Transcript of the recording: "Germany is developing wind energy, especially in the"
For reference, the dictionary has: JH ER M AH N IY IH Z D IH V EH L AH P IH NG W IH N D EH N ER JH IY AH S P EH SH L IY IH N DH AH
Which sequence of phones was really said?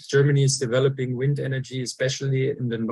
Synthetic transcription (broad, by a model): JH ER M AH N IY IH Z D IH V EH L AH P IH NG W IH N D EH N ER JH IY AH S P EH SH L IY IH N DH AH